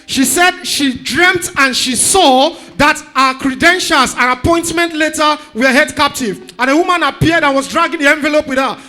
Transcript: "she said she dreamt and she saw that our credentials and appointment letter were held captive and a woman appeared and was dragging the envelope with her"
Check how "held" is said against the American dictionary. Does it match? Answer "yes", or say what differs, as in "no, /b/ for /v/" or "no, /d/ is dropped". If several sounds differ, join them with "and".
no, /l/ is dropped